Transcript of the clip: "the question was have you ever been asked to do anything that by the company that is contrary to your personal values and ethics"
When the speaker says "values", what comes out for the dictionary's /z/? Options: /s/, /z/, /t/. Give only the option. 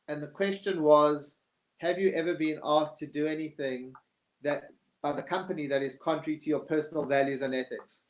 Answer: /z/